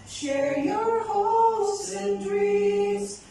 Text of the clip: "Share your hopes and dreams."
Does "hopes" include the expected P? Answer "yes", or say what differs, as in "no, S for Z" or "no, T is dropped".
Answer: no, P is dropped